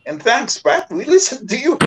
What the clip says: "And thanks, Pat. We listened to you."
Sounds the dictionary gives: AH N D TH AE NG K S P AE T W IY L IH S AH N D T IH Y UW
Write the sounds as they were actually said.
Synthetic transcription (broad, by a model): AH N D TH AE NG K S B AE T W IY L IH S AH N T IH Y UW